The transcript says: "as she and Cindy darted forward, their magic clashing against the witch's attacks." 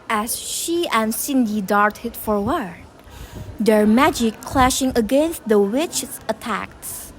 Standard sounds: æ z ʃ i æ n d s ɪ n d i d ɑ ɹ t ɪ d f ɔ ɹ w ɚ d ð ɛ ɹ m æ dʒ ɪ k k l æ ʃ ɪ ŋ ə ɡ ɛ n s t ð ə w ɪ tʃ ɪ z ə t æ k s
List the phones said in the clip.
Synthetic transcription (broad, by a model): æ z ʃ i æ n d s ɪ n d i d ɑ ɹ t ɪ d f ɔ ɹ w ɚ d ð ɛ ɹ m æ dʒ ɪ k k l æ ʃ ɪ ŋ ə ɡ ɛ n s t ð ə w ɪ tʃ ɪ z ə t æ k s